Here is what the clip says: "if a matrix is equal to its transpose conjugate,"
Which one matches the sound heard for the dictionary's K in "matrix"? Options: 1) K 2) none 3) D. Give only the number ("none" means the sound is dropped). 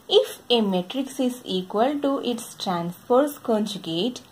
1